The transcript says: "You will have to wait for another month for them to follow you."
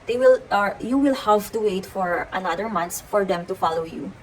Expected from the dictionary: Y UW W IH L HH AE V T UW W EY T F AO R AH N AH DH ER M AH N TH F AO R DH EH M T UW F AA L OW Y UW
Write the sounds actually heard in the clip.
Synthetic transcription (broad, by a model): Y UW W IH L HH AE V T UW W EY T F AO R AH N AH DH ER M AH N S F AO R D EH M T UW F AA L OW Y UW